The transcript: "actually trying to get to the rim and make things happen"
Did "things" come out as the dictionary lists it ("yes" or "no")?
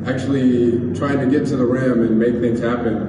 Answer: yes